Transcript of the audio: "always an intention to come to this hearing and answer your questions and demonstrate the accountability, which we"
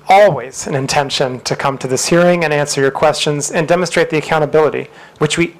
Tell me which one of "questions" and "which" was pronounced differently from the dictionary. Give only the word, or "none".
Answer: none